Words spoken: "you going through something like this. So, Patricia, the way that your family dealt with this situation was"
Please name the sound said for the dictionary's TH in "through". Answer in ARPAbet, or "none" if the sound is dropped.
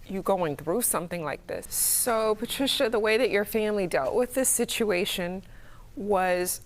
TH